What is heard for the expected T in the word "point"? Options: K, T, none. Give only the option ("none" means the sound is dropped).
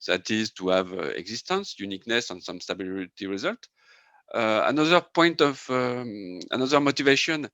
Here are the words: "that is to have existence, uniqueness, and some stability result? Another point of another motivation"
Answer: T